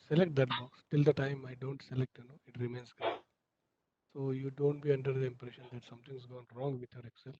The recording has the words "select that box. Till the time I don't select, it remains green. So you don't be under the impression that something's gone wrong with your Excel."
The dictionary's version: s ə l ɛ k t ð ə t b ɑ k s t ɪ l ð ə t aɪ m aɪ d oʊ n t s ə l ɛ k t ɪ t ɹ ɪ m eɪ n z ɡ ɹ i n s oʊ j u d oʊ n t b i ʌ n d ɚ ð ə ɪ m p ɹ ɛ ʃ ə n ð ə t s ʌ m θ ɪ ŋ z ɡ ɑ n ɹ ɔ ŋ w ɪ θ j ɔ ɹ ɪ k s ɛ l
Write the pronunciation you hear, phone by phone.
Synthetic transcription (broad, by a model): s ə l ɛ k t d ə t b ɑ k s t ɪ l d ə t aɪ m aɪ d oʊ n t s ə l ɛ k t ɪ t ɹ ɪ m eɪ n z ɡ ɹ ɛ s oʊ j u d oʊ n t b i ʌ n d ɚ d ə ɪ m p ɹ ɛ ʃ ə n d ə t s ʌ m t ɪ ŋ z ɡ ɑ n ɹ ɔ ŋ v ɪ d j ɔ ɹ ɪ k s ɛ l